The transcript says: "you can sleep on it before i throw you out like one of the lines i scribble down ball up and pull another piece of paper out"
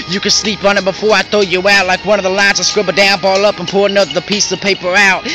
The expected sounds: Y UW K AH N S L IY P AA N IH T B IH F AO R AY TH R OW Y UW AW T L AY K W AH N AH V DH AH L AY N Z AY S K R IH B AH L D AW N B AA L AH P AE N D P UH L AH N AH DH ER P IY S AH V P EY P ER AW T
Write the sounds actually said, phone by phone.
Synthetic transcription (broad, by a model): Y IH K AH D S L IY P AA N IH T B IH F AO R AY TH OW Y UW AW T L AY K W AH N AH V DH AH L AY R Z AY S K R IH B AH D AW N B AA L AH P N P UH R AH N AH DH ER P IY S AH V P EY P ER AW T